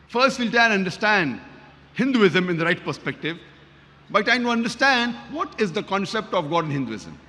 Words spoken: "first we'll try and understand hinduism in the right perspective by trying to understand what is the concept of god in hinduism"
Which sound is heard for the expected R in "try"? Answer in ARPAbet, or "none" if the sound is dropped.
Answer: none